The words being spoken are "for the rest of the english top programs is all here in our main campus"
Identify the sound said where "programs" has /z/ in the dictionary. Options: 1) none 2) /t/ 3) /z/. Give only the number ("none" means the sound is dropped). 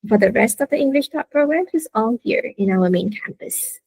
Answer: 1